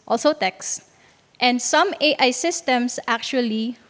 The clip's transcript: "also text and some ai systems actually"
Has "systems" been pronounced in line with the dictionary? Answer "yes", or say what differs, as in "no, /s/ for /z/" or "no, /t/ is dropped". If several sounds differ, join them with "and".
no, /s/ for /z/